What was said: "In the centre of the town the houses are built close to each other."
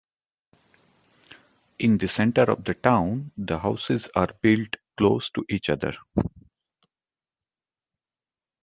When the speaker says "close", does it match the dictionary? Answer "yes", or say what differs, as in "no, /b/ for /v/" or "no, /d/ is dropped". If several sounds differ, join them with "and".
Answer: yes